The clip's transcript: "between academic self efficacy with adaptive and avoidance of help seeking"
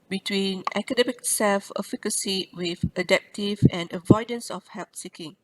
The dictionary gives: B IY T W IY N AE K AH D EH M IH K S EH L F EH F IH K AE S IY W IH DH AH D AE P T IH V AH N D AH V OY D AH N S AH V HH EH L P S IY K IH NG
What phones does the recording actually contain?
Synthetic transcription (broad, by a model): B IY T W IY N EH K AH D EH M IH K S EH L F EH F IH K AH S IY W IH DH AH D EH P T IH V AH N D AH V OY D AH N S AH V HH EH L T S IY K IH NG